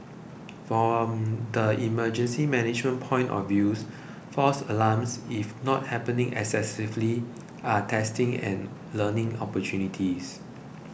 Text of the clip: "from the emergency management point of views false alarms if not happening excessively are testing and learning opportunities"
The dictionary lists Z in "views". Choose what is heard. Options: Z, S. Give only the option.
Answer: S